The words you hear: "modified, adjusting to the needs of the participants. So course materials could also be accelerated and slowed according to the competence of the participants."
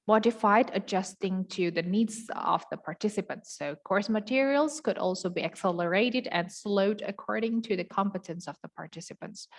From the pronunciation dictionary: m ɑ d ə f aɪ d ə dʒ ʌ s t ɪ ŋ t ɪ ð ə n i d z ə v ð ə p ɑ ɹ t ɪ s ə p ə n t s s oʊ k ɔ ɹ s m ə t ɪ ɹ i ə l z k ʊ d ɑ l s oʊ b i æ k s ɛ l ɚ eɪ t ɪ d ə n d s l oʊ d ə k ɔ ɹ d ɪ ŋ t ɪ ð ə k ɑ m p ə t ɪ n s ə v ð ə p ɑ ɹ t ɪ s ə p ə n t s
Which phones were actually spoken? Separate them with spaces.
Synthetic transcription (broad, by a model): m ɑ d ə f aɪ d ə dʒ ʌ s t ɪ ŋ t ɪ ð ə n i d z ə v ð ə p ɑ ɹ t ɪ s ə p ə n t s s oʊ k ɔ ɹ s m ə t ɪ ɹ i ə l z k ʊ d ɑ l s oʊ b i æ k s ɛ l ɚ eɪ t ɪ d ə n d s l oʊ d ə k ɔ ɹ d ɪ ŋ t ɪ ð ə k ɑ m p ə t ɪ n s ə v ð ə p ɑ ɹ t ɪ s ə p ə n t s